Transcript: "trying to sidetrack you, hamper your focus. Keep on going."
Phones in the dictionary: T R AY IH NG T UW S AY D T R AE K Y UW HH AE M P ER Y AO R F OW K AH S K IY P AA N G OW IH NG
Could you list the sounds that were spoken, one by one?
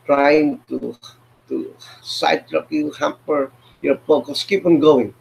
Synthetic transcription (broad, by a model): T R AY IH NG T UW S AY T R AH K Y UW HH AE M P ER Y AO R P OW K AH S K IY P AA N G OW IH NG